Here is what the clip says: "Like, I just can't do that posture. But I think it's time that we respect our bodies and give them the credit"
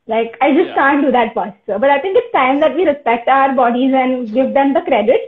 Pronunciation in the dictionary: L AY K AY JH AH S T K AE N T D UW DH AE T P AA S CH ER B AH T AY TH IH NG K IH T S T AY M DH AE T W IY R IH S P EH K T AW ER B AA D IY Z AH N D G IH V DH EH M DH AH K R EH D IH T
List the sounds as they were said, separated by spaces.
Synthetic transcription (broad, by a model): L AY K AY JH AH S T K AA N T D UW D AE T F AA S S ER B AH T AY T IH NG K IH T S T AY M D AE T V IY R IH S P EH K T AW ER B AA D IY Z AH N D G IH V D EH M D AH K R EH D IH T